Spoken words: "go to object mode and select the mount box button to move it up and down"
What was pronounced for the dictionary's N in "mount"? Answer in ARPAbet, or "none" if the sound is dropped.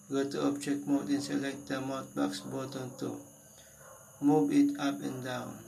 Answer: none